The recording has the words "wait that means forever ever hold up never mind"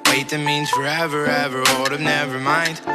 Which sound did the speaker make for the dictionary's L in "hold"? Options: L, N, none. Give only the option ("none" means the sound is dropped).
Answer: none